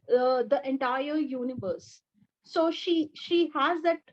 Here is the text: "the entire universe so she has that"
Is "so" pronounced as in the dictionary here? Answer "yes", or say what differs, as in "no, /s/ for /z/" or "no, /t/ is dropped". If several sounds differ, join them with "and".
no, /ʃ/ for /s/